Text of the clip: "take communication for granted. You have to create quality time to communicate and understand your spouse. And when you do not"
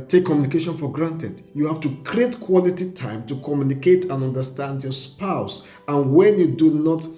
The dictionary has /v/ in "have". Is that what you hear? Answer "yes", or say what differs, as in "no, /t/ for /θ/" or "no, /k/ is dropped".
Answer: no, /f/ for /v/